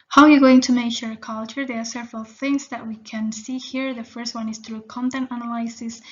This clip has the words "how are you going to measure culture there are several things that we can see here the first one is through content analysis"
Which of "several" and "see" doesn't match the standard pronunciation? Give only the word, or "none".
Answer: none